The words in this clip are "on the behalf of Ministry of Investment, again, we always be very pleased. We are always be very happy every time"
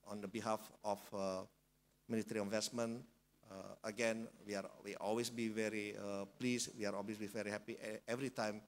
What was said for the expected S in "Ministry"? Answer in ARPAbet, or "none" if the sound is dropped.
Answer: none